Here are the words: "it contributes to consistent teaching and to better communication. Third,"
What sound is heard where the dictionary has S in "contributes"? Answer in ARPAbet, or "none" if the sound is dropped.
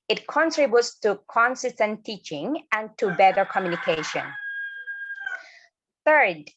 S